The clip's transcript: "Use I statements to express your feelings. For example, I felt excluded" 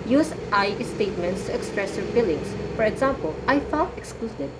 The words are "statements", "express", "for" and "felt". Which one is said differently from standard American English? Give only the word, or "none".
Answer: felt